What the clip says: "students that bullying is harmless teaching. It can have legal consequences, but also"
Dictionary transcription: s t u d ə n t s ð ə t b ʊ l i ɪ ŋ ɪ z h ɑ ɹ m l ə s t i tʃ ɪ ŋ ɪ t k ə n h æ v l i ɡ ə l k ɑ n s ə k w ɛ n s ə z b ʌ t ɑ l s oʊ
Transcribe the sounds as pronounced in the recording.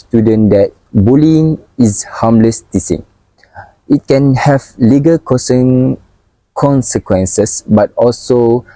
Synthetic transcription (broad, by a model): s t u d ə n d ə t b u l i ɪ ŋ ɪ s h ɑ m l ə s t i s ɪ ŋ ɪ t k ə n h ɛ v l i ɡ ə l k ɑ n s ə k w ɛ n s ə s b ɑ t ɑ l s oʊ